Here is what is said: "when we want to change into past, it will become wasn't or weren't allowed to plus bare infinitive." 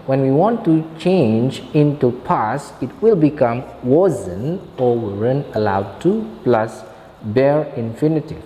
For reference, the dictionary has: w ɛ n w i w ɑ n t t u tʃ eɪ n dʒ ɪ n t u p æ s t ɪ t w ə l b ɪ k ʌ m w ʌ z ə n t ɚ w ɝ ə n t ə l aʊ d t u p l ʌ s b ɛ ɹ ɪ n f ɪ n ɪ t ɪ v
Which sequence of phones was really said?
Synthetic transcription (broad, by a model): w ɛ n w i w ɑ n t t u tʃ eɪ n dʒ ɪ n t u p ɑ s ɪ t w ə l b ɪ k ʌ m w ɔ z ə n ɔ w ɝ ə n ə l aʊ d t u p l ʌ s b ɛ ɹ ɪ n f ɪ n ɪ t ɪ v